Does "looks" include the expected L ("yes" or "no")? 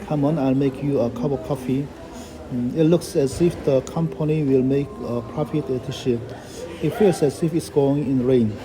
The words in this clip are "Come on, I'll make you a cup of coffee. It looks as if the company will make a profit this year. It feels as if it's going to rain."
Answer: yes